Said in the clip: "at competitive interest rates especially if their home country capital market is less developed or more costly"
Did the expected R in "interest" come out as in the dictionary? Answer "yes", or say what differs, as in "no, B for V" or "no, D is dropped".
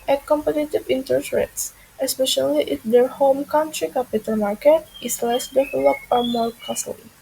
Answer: no, R is dropped